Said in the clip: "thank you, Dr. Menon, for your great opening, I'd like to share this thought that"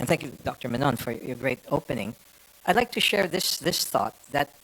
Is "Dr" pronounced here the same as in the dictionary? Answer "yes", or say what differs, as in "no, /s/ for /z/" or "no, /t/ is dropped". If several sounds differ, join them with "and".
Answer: yes